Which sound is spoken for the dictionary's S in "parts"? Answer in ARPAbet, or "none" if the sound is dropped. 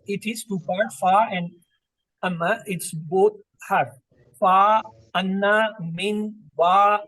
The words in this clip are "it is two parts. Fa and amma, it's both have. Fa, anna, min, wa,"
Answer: none